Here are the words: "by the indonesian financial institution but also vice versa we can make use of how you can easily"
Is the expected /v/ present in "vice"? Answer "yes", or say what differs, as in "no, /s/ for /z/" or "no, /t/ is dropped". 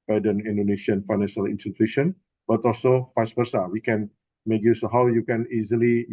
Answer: no, /f/ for /v/